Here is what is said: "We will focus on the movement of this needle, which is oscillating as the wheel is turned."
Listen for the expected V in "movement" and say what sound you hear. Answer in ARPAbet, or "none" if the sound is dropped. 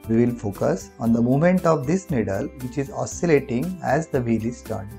none